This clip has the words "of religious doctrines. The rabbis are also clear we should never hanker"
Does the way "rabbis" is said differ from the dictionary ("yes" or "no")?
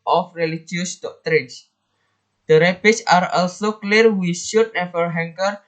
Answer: yes